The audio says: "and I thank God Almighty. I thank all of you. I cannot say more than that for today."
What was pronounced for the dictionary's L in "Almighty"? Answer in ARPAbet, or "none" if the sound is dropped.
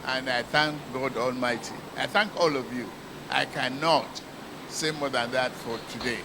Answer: L